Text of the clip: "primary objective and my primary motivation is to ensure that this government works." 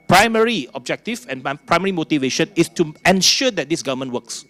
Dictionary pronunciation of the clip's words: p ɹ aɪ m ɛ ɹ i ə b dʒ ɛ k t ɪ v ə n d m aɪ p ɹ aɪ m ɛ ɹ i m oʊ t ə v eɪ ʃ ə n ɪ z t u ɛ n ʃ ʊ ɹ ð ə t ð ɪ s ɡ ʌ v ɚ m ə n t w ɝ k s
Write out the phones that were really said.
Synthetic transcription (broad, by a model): p ɹ aɪ m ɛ ɹ i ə b dʒ ɛ k t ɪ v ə n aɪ p ɹ aɪ m ɛ ɹ i m oʊ t ə v eɪ ʃ ə n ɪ s t u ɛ n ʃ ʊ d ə t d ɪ s ɡ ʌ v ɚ m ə n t w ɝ k s